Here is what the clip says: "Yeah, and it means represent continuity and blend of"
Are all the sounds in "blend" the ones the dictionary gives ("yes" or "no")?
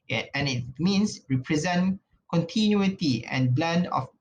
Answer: yes